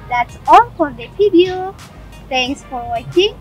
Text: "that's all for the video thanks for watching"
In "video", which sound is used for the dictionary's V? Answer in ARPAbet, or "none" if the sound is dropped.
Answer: P